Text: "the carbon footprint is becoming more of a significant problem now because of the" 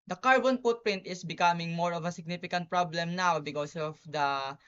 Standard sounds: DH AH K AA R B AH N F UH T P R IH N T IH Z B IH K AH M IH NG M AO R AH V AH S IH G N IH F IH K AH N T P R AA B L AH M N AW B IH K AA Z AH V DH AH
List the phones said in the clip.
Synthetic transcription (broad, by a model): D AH K AA R B AH N P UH T P R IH N T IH S B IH K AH M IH NG M AO R AH V AH S IH G N IH F IH K AH N T P R AA B L AH M N AW B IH K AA S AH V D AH